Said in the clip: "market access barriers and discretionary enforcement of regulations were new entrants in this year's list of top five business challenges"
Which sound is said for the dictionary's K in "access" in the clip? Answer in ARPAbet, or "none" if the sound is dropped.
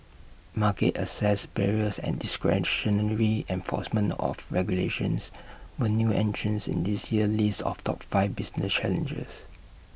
none